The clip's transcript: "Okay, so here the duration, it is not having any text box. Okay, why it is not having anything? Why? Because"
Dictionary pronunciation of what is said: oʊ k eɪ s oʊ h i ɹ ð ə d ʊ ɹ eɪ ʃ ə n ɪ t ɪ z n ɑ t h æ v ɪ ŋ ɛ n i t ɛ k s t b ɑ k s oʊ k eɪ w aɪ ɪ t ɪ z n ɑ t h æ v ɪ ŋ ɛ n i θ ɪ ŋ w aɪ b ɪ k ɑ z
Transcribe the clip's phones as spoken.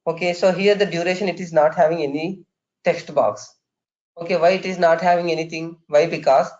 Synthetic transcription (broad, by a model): oʊ k eɪ s oʊ h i ɹ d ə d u ɹ eɪ ʃ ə n ɪ t ɪ z n ɑ t h æ v ɪ ŋ ɛ n i t ɛ k s t b ɑ k s oʊ k eɪ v aɪ ɪ t ɪ z n ɑ t h æ v ɪ ŋ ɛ n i t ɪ ŋ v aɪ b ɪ k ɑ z